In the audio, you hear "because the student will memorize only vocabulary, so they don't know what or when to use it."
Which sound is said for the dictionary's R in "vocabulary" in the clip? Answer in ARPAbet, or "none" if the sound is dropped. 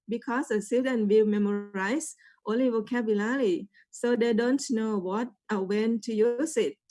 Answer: L